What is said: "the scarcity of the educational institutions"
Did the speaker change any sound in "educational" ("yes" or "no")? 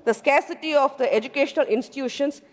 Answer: no